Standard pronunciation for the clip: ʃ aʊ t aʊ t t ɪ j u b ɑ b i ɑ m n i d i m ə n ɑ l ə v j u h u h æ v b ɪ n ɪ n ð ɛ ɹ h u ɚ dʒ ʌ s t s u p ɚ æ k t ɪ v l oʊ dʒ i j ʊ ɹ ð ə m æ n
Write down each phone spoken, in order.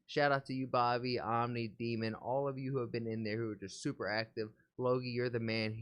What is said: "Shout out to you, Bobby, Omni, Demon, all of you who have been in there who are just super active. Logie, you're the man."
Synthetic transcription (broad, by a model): ʃ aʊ t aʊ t t ɪ j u b ɑ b i ɑ m n i d i m ə n ɑ l ə v j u h u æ v b ɪ n ɪ n ð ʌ ɹ h u ɚ dʒ ʌ s t s u p ɚ æ k t ɪ v l oʊ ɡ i j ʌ ɹ ð ə m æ n